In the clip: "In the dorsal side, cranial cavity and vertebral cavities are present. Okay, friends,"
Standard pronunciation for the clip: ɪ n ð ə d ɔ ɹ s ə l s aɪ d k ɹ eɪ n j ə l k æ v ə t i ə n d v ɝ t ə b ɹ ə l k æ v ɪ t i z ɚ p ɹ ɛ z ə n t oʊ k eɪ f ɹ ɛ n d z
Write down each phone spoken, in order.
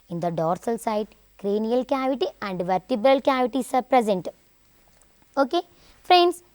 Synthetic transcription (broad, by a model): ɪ n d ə d ɔ ɹ s ə l s aɪ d k ɹ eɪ n j ə l k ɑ v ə t i ə n d v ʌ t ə b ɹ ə l k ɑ v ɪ t i s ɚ p ɹ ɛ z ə n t oʊ k eɪ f ɹ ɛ n d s